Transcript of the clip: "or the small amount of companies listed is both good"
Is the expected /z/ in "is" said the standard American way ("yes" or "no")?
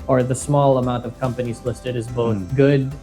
yes